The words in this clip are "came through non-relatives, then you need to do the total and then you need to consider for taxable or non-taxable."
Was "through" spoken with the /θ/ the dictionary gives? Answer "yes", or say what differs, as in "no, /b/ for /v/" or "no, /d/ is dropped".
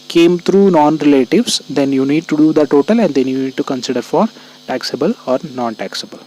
no, /t/ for /θ/